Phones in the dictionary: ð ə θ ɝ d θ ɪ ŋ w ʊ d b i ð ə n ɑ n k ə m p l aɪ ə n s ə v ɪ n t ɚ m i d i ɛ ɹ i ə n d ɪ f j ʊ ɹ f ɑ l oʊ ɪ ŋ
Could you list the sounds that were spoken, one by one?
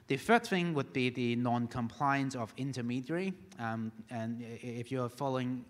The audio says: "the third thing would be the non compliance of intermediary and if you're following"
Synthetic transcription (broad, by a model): ð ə f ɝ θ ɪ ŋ w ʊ d b i ð ə n ɑ n k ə m p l aɪ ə n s ə v ɪ n t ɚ m i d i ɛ ɹ i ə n ɪ f j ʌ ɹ f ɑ l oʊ ɪ ŋ